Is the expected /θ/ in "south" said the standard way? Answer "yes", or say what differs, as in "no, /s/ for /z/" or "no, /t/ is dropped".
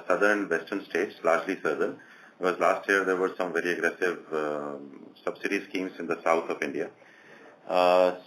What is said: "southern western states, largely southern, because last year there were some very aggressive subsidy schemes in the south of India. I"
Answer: no, /t/ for /θ/